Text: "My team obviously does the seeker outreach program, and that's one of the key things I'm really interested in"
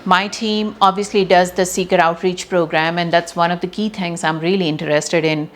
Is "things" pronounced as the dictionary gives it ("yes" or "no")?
no